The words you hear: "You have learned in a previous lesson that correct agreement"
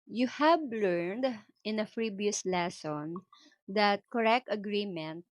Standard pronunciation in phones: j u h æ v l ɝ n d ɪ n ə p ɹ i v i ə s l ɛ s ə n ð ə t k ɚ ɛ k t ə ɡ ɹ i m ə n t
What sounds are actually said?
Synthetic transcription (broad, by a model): j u h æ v l ɝ n d ɪ n ə f ɹ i b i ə s l ɛ s ə n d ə t k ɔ ɛ k t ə ɡ ɹ i m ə n t